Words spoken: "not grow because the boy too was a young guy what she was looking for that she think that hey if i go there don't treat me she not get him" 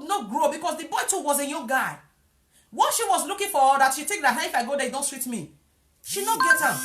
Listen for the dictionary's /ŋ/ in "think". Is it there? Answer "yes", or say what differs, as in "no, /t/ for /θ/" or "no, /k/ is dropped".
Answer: no, /ŋ/ is dropped